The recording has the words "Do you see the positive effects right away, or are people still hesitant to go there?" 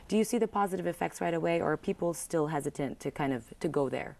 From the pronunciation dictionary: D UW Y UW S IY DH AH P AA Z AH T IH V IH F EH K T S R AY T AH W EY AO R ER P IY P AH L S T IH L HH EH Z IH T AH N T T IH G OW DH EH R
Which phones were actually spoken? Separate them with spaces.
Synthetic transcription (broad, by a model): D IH Y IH S IY DH AH P AA Z AH T IH V IH F EH K T S R AY T AH W EY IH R ER P IY P L S T IH L HH EH Z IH T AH N T T IH G OW DH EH R